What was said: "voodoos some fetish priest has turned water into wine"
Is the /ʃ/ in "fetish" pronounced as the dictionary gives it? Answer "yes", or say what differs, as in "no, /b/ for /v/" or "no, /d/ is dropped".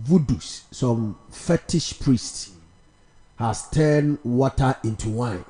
yes